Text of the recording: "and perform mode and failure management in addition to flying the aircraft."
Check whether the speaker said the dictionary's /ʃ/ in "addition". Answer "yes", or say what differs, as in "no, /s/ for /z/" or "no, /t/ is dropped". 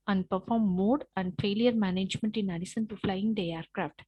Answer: no, /s/ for /ʃ/